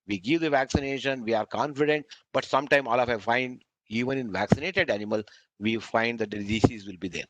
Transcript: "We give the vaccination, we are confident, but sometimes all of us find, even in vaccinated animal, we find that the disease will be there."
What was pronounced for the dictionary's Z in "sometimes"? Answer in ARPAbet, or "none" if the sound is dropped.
none